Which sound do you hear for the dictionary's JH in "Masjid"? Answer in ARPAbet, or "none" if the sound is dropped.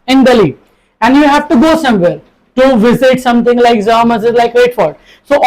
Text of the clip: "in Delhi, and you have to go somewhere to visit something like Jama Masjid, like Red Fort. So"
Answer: none